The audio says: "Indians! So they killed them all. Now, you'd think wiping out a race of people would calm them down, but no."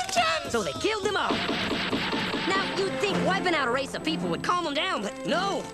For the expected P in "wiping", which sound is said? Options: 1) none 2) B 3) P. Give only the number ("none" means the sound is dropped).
2